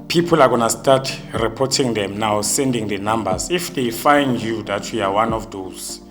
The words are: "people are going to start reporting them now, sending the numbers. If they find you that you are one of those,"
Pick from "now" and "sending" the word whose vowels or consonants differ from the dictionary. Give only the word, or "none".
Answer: none